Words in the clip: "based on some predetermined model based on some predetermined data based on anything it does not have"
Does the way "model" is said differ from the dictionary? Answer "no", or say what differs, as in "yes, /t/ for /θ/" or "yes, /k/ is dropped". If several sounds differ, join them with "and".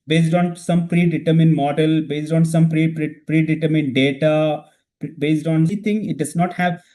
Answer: no